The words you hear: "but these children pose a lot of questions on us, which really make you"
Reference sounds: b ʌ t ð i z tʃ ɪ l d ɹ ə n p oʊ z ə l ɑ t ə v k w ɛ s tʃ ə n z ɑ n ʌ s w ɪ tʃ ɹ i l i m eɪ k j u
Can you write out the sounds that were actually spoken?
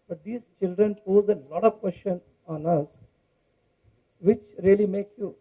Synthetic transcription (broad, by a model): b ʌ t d i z tʃ ɪ l d ɹ ə n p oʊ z ə l ɑ t ə v k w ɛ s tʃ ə n ɑ n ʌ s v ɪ tʃ ɹ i l i m eɪ k j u